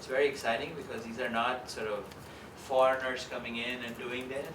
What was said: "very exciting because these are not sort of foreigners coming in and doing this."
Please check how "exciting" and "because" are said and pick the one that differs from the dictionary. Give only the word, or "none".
none